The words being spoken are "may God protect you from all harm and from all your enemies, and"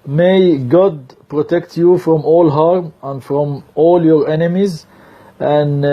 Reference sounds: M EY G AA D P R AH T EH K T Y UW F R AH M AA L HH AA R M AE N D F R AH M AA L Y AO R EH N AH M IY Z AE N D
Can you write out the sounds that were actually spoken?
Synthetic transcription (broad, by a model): M EY G AA D P R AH T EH K T Y UW F R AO M AA L HH AA R M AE N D F R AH M AA L Y AO R EH N AH M IY Z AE N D